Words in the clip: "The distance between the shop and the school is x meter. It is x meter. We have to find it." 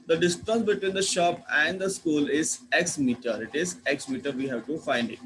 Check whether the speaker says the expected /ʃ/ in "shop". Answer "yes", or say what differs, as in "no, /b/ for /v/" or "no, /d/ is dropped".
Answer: yes